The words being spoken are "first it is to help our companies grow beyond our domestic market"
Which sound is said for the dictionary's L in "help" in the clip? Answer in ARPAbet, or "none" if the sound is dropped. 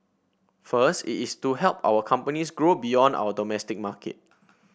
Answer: L